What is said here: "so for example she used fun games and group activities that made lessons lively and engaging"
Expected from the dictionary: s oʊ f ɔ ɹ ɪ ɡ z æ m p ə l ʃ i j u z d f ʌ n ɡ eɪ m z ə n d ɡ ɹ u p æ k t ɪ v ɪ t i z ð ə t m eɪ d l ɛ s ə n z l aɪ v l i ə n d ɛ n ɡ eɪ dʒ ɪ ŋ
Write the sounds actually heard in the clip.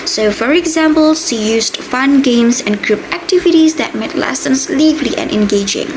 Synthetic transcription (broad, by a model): s oʊ f ɔ ɹ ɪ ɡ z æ m p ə l s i j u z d f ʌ n ɡ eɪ m s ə n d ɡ ɹ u p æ k t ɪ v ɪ t i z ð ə t m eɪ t l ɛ s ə n s l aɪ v l i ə n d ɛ n ɡ eɪ dʒ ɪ ŋ